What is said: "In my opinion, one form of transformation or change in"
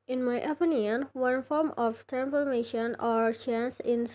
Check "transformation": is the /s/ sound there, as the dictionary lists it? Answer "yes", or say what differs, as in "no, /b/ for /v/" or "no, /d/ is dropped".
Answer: no, /s/ is dropped